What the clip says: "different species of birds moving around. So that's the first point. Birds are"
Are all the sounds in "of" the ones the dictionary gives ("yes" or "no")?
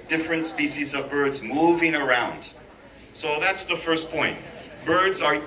yes